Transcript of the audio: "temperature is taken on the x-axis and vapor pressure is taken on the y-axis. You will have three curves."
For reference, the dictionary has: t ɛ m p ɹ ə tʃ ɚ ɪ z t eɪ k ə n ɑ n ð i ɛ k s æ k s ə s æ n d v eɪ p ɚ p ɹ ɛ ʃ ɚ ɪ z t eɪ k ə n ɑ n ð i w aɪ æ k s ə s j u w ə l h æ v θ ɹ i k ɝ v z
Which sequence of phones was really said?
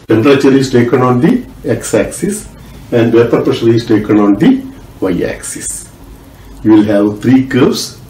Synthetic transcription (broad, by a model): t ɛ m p ɹ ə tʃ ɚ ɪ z t eɪ k ə n ɑ n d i ɛ k s æ k s ə s æ n d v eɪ p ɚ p ʌ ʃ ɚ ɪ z t eɪ k ə n ɑ n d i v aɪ æ k s ə s j u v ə l h æ v t ɹ i k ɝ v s